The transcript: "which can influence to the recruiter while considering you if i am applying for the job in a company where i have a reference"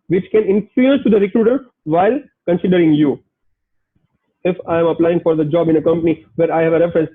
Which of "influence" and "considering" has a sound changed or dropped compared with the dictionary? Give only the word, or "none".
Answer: influence